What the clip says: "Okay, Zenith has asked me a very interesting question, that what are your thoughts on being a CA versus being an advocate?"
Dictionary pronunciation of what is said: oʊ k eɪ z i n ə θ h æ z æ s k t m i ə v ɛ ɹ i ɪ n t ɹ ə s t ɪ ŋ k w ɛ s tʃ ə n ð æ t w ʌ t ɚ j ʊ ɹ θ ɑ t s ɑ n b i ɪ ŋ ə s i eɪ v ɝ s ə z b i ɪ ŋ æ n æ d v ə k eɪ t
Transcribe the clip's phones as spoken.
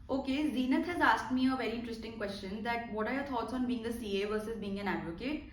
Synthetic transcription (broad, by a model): oʊ k eɪ z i n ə t h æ z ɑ s k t m i ə v ɛ ɹ i ɪ n t ɹ ə s t ɪ ŋ k w ɛ s tʃ ə n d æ t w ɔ t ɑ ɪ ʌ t ɑ t s ɑ n b i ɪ ŋ ə s i eɪ v ɝ s ə z b i ɪ ŋ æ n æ d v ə k eɪ t